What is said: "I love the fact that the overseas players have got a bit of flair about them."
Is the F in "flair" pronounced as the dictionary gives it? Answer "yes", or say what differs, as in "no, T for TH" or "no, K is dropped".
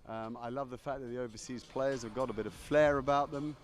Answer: yes